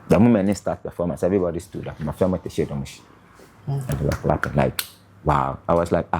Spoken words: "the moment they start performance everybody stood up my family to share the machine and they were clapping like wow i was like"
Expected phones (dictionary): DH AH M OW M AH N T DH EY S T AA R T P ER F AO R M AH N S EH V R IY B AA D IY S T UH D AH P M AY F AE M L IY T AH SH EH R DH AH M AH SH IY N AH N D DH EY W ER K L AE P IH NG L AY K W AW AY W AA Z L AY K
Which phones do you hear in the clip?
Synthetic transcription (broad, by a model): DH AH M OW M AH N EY S T AA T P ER F AO M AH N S EH V R IY B AA D IY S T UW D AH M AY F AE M IY T AH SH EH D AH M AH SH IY AH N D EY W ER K L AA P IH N L AY K W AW AY W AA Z L AY K